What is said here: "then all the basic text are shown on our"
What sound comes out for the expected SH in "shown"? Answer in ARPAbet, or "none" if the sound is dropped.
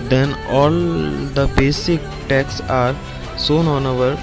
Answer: S